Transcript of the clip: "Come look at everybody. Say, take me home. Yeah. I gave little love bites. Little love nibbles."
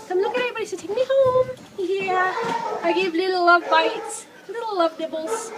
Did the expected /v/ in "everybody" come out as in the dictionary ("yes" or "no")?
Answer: no